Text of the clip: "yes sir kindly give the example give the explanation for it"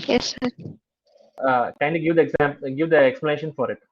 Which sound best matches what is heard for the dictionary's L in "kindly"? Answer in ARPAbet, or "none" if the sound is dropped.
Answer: none